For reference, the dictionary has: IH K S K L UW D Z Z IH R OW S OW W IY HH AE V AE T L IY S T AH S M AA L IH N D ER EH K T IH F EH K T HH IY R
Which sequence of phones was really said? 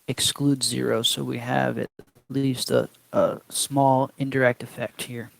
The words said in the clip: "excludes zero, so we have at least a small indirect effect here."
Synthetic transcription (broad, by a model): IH K S K L UW D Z Z IH R OW S OW W IY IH V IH T L IY S T AH S M AA L IH N D ER EH K T IH F EH K T HH IY R